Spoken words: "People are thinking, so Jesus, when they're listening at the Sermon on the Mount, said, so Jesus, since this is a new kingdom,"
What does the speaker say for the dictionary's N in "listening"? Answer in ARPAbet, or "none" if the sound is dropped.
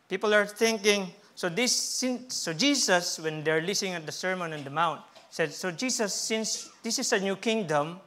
none